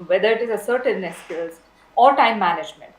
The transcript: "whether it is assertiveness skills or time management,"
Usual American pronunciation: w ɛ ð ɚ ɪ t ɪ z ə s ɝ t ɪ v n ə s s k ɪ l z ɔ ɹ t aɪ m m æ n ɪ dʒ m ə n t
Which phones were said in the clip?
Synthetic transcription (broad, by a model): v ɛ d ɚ ɪ t ɪ z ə s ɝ t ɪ n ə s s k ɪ z ɔ ɹ t aɪ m m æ n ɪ dʒ m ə n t